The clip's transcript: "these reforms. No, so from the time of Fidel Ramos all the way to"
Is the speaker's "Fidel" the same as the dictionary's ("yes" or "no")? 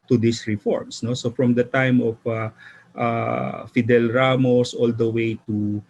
yes